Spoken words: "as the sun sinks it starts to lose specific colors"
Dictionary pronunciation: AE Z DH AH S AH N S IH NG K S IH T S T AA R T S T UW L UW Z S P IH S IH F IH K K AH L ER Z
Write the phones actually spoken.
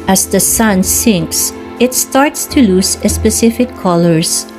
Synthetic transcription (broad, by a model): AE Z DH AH S AH N S IH NG K S IH T S T AA R T S T UW L UW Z S P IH S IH F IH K K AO L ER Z